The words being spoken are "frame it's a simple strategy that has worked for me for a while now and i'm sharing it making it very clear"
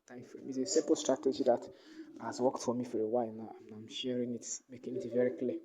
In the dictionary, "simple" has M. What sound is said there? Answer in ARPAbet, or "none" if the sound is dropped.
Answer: none